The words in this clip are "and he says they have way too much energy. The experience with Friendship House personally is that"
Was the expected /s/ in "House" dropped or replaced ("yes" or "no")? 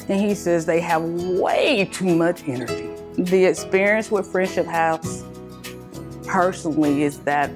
yes